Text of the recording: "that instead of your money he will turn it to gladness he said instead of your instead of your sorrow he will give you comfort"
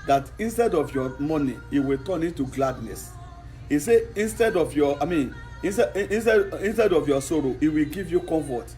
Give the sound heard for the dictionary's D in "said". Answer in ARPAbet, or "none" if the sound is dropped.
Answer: none